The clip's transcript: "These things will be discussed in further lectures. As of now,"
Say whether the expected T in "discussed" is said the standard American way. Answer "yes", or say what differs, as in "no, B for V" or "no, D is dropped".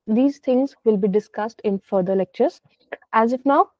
yes